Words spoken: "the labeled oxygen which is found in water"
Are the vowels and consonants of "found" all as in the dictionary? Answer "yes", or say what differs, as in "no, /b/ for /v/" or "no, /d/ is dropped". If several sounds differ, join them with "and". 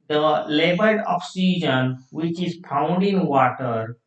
no, /p/ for /f/